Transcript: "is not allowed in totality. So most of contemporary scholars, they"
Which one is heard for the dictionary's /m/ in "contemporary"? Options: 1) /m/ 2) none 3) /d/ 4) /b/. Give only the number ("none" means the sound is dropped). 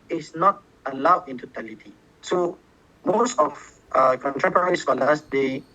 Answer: 2